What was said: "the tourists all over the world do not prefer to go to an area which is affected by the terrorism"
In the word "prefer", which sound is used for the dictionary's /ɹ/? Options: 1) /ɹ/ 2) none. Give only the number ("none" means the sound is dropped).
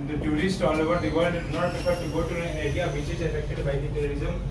2